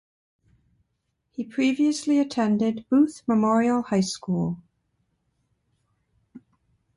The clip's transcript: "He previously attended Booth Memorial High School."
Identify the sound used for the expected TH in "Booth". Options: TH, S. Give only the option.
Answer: TH